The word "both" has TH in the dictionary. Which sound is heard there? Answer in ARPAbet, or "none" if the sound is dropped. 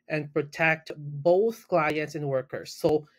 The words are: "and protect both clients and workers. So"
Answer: TH